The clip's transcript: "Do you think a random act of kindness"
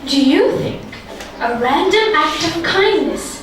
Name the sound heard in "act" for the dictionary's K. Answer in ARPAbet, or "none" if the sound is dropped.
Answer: K